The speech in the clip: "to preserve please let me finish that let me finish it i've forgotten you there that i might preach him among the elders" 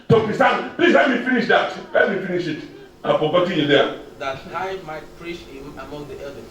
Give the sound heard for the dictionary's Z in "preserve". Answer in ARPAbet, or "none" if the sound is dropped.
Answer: S